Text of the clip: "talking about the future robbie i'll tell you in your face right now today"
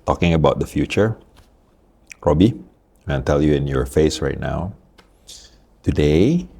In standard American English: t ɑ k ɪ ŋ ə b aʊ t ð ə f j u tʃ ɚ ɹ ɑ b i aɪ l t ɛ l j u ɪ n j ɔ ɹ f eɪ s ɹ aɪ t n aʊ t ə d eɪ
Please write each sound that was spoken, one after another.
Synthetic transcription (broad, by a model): t ɑ k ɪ ŋ ə b aʊ t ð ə f j u tʃ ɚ ɹ ɑ b i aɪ n t ɛ l j u ɪ n j ɔ ɹ f eɪ s ɹ aɪ t n aʊ t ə d eɪ